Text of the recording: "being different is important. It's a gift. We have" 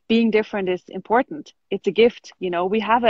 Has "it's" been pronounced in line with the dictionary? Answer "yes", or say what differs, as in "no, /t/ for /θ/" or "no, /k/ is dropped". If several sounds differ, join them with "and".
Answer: yes